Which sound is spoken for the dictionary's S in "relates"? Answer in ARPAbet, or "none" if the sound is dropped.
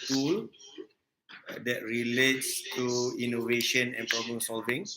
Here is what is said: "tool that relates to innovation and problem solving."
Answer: S